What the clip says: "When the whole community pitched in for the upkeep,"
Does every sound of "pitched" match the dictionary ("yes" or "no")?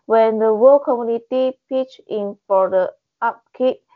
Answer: no